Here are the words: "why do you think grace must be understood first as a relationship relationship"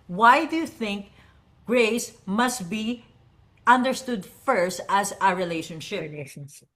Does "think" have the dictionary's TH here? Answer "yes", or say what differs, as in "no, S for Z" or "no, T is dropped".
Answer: yes